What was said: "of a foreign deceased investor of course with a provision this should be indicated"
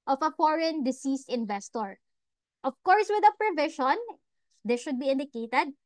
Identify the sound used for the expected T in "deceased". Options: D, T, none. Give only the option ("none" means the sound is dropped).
T